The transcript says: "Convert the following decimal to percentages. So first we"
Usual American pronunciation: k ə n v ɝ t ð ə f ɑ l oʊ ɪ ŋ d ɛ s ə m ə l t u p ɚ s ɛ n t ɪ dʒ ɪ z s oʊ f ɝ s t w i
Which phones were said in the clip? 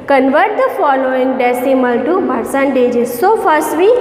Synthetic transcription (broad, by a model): k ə n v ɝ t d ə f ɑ l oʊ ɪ ŋ d ɛ s ə m ə l t u b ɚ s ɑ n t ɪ dʒ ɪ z s oʊ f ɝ s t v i